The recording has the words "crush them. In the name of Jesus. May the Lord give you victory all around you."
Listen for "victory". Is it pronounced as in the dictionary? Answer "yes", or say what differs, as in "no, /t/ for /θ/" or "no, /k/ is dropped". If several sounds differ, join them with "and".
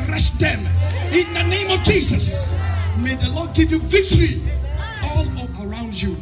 yes